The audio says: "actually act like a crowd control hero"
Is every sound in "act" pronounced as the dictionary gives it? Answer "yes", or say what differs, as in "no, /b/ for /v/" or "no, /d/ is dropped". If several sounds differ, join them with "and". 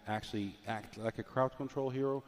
yes